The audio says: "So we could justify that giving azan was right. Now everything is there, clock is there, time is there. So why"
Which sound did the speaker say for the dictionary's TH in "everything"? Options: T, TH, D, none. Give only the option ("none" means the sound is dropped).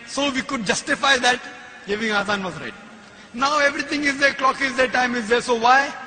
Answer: T